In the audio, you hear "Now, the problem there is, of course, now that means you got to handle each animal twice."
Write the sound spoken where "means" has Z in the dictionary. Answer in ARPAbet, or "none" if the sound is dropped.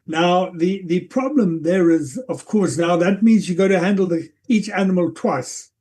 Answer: Z